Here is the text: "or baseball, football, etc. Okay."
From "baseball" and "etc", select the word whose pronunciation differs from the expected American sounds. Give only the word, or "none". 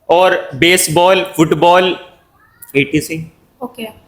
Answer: etc